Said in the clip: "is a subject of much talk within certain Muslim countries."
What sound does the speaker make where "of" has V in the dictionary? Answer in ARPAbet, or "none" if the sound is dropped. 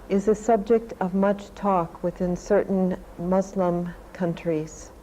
V